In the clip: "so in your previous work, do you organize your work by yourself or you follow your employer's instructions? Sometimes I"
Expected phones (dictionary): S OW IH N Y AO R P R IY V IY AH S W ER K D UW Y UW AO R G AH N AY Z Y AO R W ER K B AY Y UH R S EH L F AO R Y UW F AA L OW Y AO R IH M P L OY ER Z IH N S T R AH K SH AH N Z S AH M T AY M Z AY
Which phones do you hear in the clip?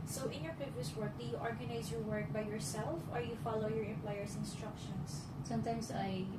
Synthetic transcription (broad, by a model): S OW IH N Y AO R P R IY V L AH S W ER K D UW Y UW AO R G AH N AY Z Y AO R W ER K B AY Y UH R S EH L F AO R Y UW F AA L OW Y AO R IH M P L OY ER S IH N S T R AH K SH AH N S S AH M T AY M S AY